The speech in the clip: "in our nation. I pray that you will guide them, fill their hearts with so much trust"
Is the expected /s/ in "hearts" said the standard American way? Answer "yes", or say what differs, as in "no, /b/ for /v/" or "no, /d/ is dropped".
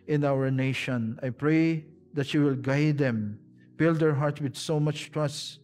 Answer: no, /s/ is dropped